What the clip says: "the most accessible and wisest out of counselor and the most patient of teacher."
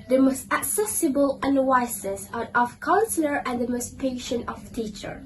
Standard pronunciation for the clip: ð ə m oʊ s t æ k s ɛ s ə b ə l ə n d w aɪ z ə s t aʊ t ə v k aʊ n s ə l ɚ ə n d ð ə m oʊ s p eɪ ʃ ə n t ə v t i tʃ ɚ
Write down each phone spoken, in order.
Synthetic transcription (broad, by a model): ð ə m oʊ s t æ k s ɛ s ə b ə l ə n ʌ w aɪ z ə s aʊ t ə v k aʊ n s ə l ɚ ə n d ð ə m oʊ s p eɪ ʃ ə n t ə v t i tʃ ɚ